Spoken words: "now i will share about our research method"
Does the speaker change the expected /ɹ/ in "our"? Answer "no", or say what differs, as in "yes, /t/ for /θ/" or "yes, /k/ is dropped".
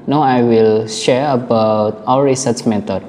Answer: yes, /w/ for /ɹ/